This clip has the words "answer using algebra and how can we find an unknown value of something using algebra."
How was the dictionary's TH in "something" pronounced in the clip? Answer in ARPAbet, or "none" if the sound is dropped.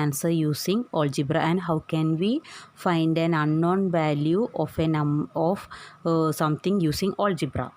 T